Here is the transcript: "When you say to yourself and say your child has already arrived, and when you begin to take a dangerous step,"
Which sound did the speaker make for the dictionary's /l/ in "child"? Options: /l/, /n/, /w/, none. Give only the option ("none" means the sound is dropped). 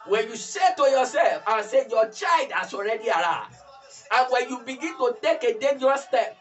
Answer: none